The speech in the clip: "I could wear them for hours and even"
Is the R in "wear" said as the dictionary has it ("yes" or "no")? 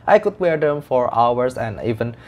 yes